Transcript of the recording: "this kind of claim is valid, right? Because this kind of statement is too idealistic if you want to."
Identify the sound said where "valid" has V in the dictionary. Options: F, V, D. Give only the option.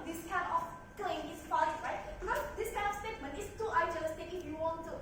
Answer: F